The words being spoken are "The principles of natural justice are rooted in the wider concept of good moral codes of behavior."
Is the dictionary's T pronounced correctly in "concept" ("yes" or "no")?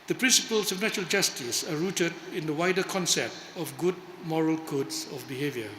yes